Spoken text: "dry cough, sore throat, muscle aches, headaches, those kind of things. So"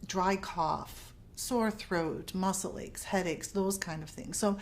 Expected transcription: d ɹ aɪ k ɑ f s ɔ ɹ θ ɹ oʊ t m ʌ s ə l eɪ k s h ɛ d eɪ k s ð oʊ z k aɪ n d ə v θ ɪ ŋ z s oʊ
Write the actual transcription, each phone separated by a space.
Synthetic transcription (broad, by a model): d ɹ aɪ k ɑ f s ɔ ɹ θ ɹ oʊ t m ʌ s l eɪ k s h ɛ d eɪ k s ð oʊ z k aɪ n d ə v θ ɪ ŋ z s oʊ